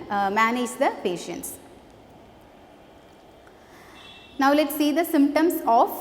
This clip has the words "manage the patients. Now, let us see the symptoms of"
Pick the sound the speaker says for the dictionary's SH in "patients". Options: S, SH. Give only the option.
SH